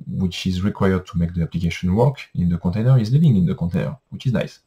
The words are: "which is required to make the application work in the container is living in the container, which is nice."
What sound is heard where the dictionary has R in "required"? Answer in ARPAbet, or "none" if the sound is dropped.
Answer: R